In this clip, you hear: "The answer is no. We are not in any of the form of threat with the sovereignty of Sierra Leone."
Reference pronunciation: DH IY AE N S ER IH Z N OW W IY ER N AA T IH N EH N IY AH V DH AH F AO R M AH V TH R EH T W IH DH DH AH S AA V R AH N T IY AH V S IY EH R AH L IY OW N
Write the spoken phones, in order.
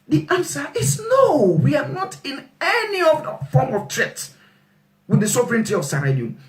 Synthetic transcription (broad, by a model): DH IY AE N S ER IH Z N OW W IY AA N AA T IH N EH N IY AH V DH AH F AO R M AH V T R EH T W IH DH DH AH S AA V R AH N T IY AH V S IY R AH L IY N